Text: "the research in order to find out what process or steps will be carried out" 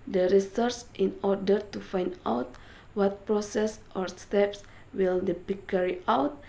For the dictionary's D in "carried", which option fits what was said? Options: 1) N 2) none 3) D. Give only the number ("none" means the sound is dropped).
2